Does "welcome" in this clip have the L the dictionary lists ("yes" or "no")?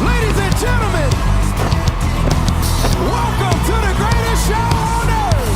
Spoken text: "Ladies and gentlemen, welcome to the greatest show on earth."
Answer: yes